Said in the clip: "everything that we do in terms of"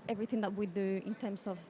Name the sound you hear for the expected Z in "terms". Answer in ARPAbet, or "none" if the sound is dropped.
S